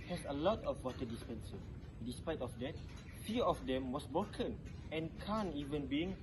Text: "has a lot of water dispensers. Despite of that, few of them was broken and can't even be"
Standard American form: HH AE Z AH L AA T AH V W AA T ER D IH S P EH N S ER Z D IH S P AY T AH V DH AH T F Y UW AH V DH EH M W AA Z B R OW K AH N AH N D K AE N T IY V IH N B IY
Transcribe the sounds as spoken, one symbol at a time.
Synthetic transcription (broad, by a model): HH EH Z AH L AA T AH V W AA T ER D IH S P EH N S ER S D IH S P AY T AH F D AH T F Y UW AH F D EH M W AA S B R OW K AH N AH N K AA N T IY V IH N B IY